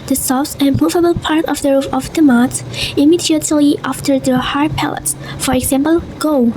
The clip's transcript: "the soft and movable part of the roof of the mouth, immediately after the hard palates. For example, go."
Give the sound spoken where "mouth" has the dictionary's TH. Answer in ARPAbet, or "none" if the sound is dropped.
S